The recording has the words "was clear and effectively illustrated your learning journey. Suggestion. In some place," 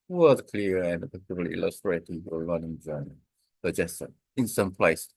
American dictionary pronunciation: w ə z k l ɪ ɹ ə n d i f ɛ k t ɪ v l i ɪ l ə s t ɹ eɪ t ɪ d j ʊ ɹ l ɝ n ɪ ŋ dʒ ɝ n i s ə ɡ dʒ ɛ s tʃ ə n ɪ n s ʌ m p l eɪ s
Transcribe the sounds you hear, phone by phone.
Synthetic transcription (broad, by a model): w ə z k l ɪ ɹ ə n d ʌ p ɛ t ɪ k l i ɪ l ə s t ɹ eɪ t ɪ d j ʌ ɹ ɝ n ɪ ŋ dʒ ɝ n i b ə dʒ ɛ s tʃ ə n ɪ n s ʌ m p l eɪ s